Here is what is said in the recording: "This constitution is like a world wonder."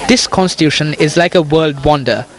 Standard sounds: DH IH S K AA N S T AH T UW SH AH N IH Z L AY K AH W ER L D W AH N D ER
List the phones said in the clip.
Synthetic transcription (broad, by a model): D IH S K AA N S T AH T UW SH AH N IH Z L AY K AH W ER L D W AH N D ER